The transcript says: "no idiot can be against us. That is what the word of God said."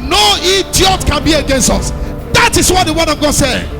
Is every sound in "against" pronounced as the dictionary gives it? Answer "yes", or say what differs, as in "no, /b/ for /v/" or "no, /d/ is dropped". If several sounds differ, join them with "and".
yes